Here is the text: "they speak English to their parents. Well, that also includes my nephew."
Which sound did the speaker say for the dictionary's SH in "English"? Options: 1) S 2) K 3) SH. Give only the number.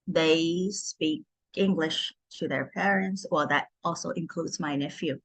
3